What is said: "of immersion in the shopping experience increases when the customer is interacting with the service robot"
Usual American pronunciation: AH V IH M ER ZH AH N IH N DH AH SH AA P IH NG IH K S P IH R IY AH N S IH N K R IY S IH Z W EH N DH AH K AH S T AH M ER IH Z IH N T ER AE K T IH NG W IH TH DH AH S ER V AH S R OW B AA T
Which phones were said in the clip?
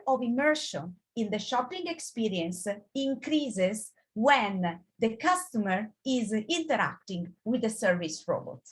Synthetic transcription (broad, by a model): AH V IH M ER SH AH N IH N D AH SH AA P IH NG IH K S P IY R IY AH N S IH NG K R IY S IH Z W EH N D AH K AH S T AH M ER IH Z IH N T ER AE K T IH NG W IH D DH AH S ER V AH S R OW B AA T